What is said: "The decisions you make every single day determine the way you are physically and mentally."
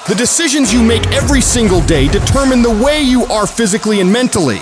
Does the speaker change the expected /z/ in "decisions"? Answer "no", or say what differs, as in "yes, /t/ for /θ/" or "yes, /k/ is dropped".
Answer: no